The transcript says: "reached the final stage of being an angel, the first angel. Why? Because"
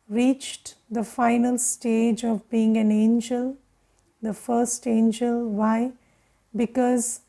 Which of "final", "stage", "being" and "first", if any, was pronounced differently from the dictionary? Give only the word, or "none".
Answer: none